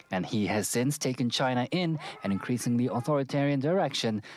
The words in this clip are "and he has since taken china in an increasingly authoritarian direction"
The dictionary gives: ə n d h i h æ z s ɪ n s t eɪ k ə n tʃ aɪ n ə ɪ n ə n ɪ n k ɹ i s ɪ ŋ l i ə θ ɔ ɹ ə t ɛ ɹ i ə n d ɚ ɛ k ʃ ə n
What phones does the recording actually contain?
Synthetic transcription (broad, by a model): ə n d i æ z s ɪ n s t eɪ k ə n tʃ aɪ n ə ɪ n ə n ɪ n k ɹ i s ɪ ŋ l i ə θ ɔ ɹ ə t ɛ ɹ i ə n d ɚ ɛ k ʃ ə n